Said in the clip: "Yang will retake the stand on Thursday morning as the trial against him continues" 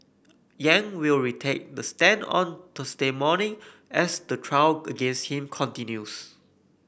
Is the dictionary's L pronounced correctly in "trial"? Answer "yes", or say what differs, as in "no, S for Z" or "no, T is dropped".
no, W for L